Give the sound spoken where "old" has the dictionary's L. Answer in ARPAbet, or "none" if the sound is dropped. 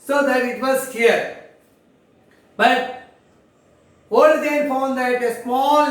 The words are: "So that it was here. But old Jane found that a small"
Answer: none